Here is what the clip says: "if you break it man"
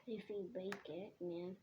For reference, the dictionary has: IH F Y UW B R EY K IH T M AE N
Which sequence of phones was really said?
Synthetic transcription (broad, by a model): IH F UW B EY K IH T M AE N